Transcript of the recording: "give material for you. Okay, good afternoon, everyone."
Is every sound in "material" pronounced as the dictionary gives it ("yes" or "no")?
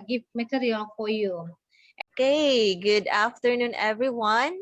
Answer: no